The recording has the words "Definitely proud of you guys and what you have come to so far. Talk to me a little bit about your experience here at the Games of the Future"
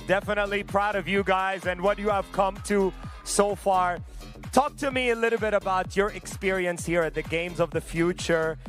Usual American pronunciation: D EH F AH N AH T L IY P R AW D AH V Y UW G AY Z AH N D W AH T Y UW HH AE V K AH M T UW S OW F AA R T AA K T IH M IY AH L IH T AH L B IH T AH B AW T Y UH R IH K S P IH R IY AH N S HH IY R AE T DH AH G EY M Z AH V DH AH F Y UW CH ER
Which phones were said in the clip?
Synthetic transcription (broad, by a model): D EH F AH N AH T L IY P R AW D AH V Y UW G AY Z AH N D W AH T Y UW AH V K AH M T UW S OW F AA R T AA K T IH M IY AH L IH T L B IH T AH B AW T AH R IH K S P IH R IY AH N S HH IY R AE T DH AH G EY M Z AH V DH AH F Y UW CH ER